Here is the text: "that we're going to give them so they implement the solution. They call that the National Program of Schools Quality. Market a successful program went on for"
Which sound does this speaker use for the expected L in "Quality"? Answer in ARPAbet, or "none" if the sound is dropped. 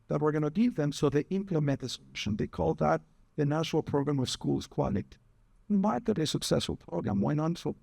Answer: N